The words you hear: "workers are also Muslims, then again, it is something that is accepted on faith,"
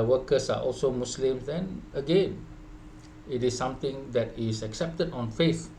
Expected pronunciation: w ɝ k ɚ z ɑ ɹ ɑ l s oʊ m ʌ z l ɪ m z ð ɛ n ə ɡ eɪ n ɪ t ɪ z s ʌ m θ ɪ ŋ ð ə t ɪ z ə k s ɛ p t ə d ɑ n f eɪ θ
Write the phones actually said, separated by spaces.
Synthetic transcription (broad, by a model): w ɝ k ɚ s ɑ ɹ ɑ l s oʊ m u s l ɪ m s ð ɛ n ə ɡ eɪ n ɪ t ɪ s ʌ m t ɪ ŋ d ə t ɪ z ə k s ɛ p t ə d ɑ n f eɪ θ